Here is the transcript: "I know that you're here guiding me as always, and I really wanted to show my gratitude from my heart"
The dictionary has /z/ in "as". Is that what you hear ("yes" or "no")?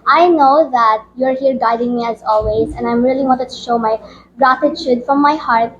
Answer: yes